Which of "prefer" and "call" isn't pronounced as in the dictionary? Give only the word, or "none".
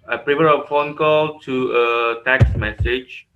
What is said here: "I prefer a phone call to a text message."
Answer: prefer